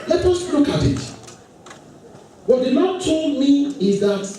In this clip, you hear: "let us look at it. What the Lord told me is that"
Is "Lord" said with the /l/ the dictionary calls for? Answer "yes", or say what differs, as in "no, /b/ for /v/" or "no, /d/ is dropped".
no, /n/ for /l/